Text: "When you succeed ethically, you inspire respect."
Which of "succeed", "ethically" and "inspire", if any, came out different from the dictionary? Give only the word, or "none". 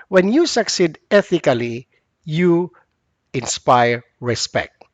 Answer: none